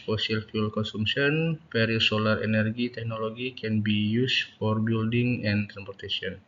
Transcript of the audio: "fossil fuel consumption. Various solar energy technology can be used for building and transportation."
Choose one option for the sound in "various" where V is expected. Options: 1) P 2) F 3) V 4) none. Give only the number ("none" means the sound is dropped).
1